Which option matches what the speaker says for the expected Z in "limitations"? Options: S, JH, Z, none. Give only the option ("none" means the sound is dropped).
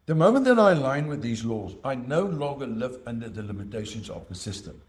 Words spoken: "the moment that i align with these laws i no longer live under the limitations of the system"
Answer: Z